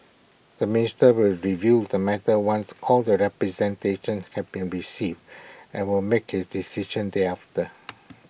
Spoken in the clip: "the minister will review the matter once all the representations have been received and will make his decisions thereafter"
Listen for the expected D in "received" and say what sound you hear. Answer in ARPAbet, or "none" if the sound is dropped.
D